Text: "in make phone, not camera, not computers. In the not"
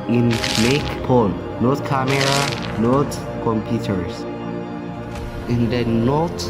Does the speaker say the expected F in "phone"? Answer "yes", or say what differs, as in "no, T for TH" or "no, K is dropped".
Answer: no, P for F